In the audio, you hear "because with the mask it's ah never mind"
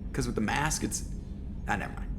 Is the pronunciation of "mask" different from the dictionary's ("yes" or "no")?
no